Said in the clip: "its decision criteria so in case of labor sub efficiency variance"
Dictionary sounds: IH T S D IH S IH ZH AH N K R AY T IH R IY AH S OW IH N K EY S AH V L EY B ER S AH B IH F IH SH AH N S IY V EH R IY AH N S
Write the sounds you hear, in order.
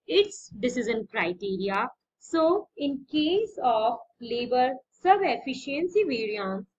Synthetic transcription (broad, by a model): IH T S D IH S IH Z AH N K R AY T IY R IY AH S OW IH N K EY S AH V L EY B ER S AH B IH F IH SH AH N S IY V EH R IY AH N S